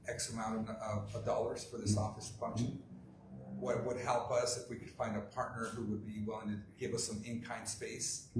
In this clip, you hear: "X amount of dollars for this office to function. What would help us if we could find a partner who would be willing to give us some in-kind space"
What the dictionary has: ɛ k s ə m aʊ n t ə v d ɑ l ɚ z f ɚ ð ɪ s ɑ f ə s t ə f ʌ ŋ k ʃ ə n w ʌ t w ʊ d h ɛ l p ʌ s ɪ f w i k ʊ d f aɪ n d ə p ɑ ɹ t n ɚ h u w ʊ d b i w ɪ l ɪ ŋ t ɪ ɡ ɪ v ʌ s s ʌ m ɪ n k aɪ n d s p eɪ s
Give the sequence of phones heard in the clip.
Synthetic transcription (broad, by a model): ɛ k s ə m aʊ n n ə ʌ d ɑ l ɚ z f ɚ ð ɪ s ɑ f ə s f ʌ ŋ k ʃ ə n w ʌ t w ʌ d h ɛ l p ʌ s ɪ f w i k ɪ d f aɪ n d ə p ɑ ɹ t n ɚ h u w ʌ d b i w ɪ l ɪ ŋ t ɪ ɡ ɪ v ʌ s s ʌ m ɪ n k aɪ n d s p eɪ s